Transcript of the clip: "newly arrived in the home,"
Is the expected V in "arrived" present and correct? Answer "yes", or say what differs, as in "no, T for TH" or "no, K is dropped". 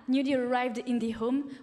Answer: yes